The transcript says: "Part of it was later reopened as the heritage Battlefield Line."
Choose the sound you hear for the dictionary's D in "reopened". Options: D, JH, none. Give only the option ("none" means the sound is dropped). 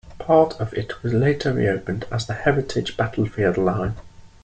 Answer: D